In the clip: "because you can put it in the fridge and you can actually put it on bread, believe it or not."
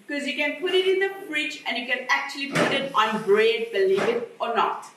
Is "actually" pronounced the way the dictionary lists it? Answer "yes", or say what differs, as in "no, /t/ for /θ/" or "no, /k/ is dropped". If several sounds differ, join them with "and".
yes